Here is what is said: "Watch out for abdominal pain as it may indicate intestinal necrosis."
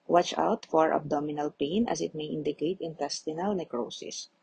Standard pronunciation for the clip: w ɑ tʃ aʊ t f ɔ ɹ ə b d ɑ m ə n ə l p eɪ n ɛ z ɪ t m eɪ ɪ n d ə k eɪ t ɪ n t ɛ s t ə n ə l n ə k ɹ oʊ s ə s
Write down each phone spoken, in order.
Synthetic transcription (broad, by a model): w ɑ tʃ aʊ t f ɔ ɹ ə b d ɑ m ə n ə l p eɪ n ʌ s ɪ t m eɪ ɪ n d ə k eɪ t ɪ n t ɛ s t ə n ə l n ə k ɹ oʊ s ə s